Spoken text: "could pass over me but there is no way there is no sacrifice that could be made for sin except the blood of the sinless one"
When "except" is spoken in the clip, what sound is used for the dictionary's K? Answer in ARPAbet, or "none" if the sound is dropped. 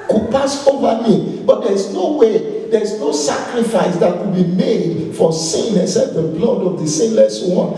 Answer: none